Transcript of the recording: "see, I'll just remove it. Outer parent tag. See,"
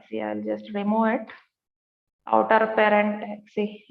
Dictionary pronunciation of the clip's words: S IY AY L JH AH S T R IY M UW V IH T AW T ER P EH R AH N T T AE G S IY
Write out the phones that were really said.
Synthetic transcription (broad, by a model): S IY AY L JH AH S T R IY M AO IH T AW T ER P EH R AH N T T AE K S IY